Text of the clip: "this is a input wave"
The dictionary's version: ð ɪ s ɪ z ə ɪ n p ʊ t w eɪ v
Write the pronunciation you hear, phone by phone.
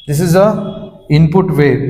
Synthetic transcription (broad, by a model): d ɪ s ɪ z ə ɪ n p ʊ t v eɪ